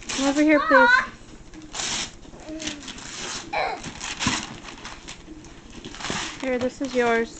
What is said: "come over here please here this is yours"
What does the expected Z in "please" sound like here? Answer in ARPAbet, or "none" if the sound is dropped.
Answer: none